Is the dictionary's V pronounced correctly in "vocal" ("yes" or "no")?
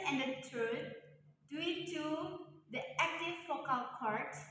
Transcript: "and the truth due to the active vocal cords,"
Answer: no